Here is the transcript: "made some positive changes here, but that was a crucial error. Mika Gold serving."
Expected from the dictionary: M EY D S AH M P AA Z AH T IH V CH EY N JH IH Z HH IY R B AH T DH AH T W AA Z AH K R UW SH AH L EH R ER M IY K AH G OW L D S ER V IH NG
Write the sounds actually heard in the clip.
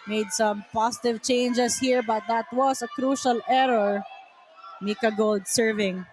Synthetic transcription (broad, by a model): M EY D S AH M P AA S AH T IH V CH EY N JH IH S HH IY R B AH T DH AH T W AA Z AH K R UW SH AH L EH R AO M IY K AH G OW L D S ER V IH NG